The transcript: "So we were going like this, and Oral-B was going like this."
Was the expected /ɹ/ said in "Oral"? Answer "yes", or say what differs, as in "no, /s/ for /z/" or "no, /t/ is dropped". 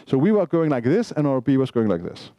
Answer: no, /ɹ/ is dropped